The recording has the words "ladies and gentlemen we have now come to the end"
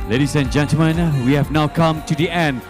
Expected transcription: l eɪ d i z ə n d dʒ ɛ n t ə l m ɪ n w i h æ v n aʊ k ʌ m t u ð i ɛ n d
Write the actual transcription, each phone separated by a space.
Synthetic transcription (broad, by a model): l eɪ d i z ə n dʒ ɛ n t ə m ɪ n w i h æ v n aʊ k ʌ m t u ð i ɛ n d